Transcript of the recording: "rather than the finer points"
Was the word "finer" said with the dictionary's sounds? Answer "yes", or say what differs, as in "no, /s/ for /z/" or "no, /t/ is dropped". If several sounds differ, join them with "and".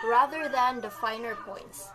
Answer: yes